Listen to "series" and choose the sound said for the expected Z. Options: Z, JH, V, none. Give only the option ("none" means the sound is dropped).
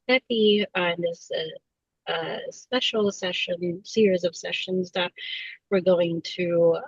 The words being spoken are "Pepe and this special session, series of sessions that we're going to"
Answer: Z